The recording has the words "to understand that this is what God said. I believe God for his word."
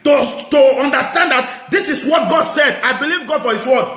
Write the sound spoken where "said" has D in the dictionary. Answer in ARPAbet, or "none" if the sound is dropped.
D